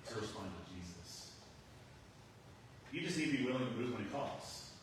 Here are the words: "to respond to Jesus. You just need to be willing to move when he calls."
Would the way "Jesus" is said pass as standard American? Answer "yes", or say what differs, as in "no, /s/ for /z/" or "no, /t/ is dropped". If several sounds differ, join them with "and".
yes